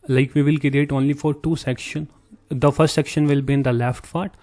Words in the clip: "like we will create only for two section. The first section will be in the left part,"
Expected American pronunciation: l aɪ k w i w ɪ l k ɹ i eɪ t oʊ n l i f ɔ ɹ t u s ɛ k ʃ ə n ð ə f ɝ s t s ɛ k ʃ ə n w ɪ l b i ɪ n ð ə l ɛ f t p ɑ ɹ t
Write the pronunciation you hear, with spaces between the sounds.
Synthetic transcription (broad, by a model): l aɪ k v i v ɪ l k i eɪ t oʊ n l i f ɔ ɹ t u s ɛ k ʃ ə n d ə f ɝ s t s ɛ k ʃ ə n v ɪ l b i ɪ n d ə l ɛ f t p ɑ ɹ t